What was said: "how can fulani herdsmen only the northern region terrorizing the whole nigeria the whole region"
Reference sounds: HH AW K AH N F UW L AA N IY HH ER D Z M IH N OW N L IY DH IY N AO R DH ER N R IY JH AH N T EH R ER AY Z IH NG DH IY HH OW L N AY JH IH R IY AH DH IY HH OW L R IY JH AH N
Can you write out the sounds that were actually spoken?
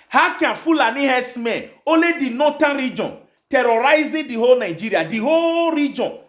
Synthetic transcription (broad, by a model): HH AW K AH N F UW L AA N IY HH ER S M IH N OW L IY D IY N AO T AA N R IY JH AH N T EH R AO AY Z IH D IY HH OW L N AY JH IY R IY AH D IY HH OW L R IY JH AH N